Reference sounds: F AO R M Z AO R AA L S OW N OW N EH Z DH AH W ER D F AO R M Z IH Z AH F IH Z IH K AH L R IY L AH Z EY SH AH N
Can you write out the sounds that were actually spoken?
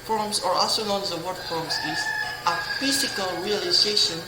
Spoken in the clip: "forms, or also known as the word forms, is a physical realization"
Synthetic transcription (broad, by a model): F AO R M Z AO R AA S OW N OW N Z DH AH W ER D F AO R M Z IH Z AH F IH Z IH K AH L R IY L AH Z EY SH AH N